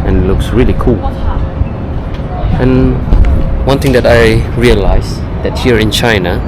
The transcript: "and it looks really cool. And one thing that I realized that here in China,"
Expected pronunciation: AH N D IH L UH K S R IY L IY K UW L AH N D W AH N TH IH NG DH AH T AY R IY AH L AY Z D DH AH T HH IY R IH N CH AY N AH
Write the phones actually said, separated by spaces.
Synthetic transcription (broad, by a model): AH N L UH K S R IY L IY K UW L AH N W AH N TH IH NG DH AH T AY R IY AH L AY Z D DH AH T HH IY R IH N CH AY N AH